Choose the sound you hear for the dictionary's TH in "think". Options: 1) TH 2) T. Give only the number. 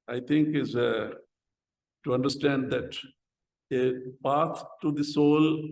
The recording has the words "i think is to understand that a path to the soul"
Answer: 2